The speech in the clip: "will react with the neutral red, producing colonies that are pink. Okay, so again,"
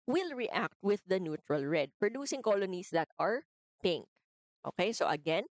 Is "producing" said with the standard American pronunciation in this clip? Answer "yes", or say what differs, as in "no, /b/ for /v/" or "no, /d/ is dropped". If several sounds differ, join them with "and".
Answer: yes